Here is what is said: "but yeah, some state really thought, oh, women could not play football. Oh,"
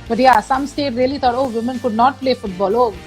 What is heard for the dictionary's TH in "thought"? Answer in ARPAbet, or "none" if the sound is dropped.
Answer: T